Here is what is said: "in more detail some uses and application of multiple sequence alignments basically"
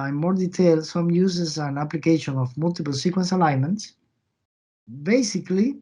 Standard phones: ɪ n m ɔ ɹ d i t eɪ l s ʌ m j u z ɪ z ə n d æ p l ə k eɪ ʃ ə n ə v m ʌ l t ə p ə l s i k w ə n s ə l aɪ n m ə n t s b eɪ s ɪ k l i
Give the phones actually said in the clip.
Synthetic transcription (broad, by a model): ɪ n m ɔ ɹ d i t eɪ l s ʌ m j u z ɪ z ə n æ p l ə k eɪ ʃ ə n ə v m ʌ l t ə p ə l s i k w ə n s ə l aɪ n m ə n t s b eɪ s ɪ k l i